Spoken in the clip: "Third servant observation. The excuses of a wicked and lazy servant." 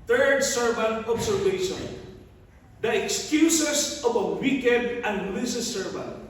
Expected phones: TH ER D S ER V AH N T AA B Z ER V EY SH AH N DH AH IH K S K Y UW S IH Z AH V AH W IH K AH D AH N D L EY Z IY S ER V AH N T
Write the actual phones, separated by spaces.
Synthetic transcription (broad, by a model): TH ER D S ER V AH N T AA B S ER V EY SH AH N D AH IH K S K Y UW S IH S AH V AH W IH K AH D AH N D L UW S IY S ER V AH N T